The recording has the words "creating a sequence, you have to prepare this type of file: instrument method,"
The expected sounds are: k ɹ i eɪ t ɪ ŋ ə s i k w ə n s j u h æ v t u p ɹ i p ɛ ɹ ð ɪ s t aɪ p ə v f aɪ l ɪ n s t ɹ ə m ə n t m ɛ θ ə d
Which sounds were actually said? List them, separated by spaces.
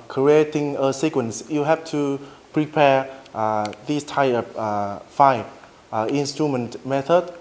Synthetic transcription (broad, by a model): k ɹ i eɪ t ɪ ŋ ə s i k w ə n s j u h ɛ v t u p ɹ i p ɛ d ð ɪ s t aɪ ə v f aɪ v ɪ n s t ɹ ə m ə n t m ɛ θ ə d